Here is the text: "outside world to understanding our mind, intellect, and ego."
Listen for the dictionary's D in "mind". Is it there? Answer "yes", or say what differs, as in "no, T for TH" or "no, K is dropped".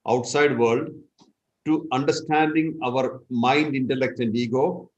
yes